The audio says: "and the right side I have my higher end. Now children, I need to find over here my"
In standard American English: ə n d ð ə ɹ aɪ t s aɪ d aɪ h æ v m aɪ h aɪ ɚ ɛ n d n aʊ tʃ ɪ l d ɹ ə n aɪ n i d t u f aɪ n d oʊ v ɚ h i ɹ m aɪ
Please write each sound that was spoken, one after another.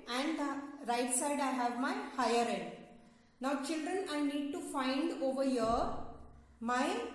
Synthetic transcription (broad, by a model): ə n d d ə ɹ aɪ t s aɪ d aɪ h æ v m aɪ h aɪ ɚ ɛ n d n aʊ tʃ ɪ l d ɹ ə n aɪ n i d t u f aɪ n d oʊ v ɚ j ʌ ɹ m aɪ